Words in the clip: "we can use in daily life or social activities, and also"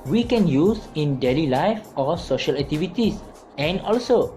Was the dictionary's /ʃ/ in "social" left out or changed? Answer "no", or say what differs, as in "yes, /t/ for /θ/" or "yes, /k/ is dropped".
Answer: no